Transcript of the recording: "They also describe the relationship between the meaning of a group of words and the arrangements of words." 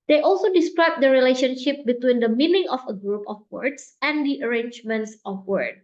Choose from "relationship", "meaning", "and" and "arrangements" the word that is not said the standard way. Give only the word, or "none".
none